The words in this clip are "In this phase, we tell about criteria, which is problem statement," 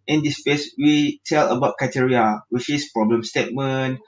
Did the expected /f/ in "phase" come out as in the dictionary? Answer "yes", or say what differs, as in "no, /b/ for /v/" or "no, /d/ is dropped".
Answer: no, /p/ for /f/